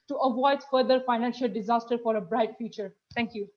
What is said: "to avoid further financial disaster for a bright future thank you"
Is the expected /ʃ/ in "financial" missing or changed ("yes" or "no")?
no